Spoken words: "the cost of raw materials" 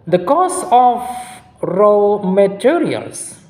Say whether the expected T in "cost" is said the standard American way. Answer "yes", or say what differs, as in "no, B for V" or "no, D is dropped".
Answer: no, T is dropped